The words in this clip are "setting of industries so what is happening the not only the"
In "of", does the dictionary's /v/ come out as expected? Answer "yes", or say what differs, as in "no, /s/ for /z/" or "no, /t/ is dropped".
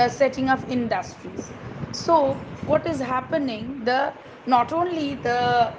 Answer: no, /p/ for /v/